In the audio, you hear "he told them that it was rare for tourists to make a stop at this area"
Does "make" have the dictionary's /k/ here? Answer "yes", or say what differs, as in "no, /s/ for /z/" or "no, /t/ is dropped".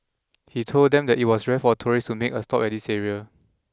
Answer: yes